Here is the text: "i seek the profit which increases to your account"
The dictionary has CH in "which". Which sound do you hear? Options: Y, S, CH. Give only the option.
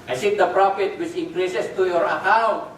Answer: S